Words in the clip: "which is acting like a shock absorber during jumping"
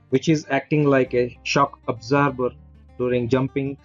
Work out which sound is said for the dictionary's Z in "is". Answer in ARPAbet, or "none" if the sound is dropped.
Z